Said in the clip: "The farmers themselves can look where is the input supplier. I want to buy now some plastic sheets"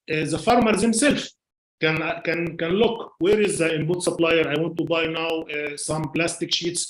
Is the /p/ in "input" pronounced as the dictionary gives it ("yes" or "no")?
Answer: no